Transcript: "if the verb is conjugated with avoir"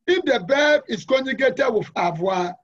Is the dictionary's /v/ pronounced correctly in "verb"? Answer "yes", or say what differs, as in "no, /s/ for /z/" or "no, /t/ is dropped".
no, /b/ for /v/